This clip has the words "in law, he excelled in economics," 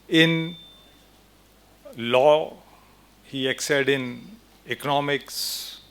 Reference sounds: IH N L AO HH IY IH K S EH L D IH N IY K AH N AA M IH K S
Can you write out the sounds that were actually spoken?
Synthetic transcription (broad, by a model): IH N L AO HH IY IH K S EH D IH N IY K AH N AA M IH K S